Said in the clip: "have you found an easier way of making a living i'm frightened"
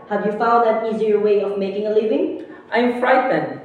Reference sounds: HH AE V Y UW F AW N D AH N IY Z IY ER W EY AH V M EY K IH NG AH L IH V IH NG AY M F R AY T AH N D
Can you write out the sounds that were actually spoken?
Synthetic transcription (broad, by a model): HH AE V Y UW F AW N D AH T IY Z IY ER W EY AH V M EY K IH NG AH L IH V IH NG AY M F R AY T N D